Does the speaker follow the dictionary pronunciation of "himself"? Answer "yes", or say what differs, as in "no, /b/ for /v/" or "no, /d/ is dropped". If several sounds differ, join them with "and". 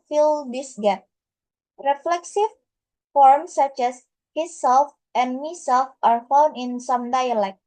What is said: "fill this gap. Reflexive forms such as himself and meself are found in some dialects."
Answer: no, /m/ is dropped